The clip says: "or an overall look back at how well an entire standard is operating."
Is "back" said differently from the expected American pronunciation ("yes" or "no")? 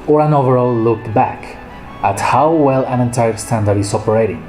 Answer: no